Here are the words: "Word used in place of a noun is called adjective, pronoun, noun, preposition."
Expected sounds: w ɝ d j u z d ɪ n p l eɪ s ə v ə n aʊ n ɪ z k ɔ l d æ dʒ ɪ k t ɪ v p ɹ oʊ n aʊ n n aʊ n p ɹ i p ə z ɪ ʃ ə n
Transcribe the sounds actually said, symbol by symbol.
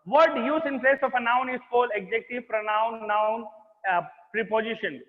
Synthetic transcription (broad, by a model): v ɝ d j u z ɪ n p l eɪ s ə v ə n aʊ n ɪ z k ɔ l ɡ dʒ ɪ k t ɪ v p ɹ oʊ n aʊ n n aʊ n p ɹ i p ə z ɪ ʃ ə n